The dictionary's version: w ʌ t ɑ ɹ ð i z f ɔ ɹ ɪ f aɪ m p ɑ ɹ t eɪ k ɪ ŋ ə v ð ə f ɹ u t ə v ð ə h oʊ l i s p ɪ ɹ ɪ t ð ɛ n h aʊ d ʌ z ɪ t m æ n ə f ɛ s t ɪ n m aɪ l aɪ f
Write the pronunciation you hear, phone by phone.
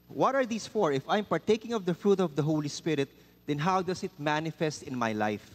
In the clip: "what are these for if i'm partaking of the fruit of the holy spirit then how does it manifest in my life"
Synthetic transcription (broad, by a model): w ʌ t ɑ ɹ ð i s f ɔ ɹ ɪ f aɪ m p ɑ ɹ t eɪ k ɪ ŋ ə v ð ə f ɹ u t ə v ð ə h oʊ l i s p ɪ ɹ ɪ t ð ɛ n h aʊ d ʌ s ɪ t m æ n ə f ɛ s t ɪ n m aɪ l aɪ f